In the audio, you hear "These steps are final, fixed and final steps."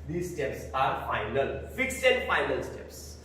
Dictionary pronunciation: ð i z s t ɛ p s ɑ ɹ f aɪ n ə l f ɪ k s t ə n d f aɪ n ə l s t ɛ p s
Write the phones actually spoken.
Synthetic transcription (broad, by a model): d i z s t ɛ p s ɑ ɹ f aɪ n ə l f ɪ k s ə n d f aɪ n ə l s t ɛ p s